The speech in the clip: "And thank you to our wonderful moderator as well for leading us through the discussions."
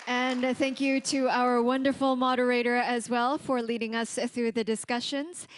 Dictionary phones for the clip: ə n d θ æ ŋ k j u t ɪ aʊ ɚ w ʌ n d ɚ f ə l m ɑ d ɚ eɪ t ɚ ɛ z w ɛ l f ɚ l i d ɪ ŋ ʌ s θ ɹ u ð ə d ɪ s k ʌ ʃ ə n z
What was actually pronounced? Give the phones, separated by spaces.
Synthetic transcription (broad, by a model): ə n θ æ ŋ k j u t ɪ aʊ ɚ w ʌ n d ɚ f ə l m ɑ d ɚ eɪ t ɚ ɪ z w ɛ l f ɚ l i d ɪ ŋ ʌ s θ ɹ u ð ə d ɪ s k ʌ ʃ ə n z